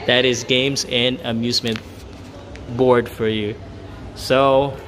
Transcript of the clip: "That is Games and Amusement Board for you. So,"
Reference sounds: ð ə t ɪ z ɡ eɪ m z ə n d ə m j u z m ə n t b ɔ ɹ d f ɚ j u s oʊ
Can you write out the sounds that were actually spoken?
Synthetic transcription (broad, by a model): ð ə t ɪ z ɡ eɪ m z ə n ə m j u z m ə n t b ɔ ɹ d f ɚ j u s oʊ